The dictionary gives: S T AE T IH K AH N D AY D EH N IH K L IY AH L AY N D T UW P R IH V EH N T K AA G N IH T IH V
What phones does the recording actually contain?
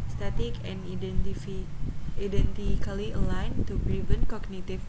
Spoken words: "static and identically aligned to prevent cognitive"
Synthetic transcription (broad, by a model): S T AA T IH K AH N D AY D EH N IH K L IY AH L AY N T UW B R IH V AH N K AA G N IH T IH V